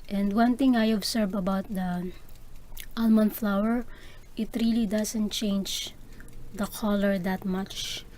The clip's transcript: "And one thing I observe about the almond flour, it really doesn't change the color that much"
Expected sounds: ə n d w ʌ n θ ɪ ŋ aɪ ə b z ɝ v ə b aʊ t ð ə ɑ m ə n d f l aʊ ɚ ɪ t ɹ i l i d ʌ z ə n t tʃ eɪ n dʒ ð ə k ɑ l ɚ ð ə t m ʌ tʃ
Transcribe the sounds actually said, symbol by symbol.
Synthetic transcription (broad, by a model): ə n d w ʌ n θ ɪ ŋ aɪ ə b s ɝ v ə b aʊ t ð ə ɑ m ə n f l aʊ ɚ ɪ t ɹ i l i d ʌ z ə n t tʃ eɪ n dʒ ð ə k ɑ l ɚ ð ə t m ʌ tʃ